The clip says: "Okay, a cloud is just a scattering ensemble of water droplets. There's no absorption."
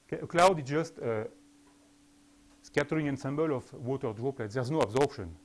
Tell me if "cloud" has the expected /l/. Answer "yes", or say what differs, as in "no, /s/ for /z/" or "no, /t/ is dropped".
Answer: yes